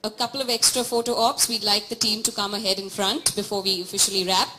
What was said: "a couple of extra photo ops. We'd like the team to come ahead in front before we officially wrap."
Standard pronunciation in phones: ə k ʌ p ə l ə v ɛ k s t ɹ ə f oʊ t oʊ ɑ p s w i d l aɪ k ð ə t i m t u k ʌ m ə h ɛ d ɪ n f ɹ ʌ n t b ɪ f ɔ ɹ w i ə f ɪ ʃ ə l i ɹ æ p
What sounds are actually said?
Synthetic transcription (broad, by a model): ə k ʌ p ə l ə v ɛ k s t ɹ ə f oʊ t oʊ ɑ p s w i d l aɪ k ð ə t i m t u k ʌ m ə h ɛ d ɪ n f ɹ ʌ n t b ɪ f ɔ ɹ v i ə f ɪ ʃ ə l i ɹ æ p